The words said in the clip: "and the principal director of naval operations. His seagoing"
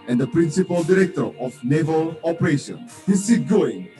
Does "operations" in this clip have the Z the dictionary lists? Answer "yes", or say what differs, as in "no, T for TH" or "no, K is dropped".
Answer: no, Z is dropped